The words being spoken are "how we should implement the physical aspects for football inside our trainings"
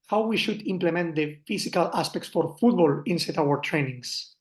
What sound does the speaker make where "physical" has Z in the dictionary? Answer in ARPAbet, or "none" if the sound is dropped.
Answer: S